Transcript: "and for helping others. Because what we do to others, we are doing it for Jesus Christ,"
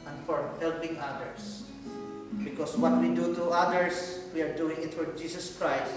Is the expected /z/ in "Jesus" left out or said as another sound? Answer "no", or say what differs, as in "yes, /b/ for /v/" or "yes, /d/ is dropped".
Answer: yes, /s/ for /z/